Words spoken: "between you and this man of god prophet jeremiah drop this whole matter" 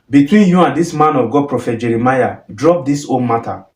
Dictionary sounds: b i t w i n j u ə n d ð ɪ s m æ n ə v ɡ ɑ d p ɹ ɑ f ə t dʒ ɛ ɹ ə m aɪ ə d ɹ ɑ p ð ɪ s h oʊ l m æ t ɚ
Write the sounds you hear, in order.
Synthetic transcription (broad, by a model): b i t w i n j u ə n d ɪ s m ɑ n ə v ɡ ɑ d p ɹ ɑ f ə t dʒ ɛ ɹ ə m aɪ ə d ɹ ɑ p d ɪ s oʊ n m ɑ t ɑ